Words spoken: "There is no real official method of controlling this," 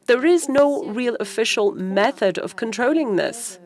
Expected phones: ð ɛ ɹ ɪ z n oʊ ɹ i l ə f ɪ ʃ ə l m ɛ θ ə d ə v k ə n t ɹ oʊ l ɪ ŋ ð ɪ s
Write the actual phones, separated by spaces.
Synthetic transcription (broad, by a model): ð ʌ ɹ ɪ z n oʊ ɹ i l ə f ɪ ʃ ə l m ɛ θ ə d ə v k ə n t ɹ oʊ l ɪ ŋ ð ɪ s